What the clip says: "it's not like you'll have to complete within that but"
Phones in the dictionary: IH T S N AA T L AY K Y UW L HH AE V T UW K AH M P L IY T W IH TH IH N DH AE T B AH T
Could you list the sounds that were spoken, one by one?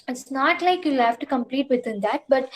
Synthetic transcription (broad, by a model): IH T S N AA T L AY K Y UW L HH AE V T UW K AH M P L IY T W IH T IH N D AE T B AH T